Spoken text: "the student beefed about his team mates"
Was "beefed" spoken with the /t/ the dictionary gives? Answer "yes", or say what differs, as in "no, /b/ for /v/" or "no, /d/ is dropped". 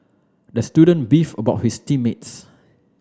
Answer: no, /t/ is dropped